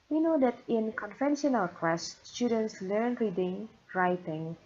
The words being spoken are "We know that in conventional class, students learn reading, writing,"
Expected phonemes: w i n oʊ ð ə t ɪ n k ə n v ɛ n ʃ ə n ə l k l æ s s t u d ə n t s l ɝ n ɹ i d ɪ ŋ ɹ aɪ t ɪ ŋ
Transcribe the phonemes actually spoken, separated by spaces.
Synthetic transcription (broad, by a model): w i n oʊ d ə t ɪ n k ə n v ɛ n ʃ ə n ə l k w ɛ s s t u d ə n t s l ɝ n ɹ i d ɪ ŋ ɹ aɪ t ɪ ŋ